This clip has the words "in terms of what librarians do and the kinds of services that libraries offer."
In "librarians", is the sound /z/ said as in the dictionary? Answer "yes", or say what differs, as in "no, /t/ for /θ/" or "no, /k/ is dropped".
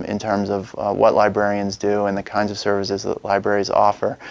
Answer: yes